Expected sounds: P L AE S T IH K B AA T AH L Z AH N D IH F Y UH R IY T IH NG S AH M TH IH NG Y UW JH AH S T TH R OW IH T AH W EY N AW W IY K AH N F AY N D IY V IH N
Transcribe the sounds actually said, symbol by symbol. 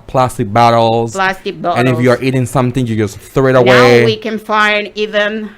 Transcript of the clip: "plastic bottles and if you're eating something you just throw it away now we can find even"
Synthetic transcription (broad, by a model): P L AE S T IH K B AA T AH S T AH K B IH F Y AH R IY T IH NG S AH M TH IH NG Y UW JH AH S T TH R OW IH T AH W EY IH W IY K AH N F AY N D IY V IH N